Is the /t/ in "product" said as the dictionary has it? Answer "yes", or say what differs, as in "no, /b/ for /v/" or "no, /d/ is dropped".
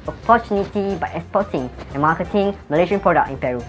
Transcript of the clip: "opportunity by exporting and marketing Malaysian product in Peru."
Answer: no, /t/ is dropped